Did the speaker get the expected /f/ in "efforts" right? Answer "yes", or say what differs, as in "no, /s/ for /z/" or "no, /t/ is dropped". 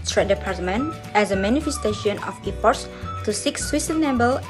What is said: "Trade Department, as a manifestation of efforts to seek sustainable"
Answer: no, /p/ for /f/